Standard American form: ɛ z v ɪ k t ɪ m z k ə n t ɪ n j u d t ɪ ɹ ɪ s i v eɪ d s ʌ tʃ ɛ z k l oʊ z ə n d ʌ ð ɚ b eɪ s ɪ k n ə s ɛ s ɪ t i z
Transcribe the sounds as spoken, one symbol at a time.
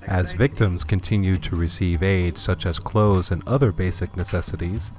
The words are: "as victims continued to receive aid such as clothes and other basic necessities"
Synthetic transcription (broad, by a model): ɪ z v ɪ k t ɪ m z k ə n t ɪ n j u d t ɪ ɹ ɪ s i v eɪ d s ʌ tʃ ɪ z k l oʊ z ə n ʌ ð ɚ b eɪ s ɪ k n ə s ɛ s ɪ t i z